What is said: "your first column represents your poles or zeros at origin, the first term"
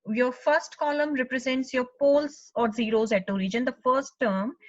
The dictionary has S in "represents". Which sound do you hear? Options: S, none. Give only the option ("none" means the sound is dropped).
S